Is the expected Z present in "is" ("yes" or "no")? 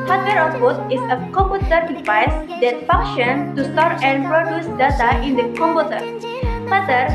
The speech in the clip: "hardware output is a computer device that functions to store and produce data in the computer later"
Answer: no